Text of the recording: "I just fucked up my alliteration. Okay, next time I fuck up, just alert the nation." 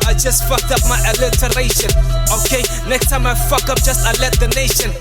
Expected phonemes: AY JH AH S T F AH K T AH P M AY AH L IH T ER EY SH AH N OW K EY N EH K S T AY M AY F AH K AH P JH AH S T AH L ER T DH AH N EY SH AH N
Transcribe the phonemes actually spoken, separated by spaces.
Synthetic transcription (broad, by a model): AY JH AH S T F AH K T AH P M AY AH L IH T ER EY SH AH N OW K EY N EH K S T AY M AY F AH K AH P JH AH S T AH L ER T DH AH N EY SH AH N